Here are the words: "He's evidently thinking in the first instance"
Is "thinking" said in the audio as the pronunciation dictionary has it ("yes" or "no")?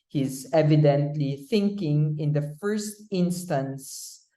yes